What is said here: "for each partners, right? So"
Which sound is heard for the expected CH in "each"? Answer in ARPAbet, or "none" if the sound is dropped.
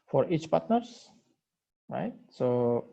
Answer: CH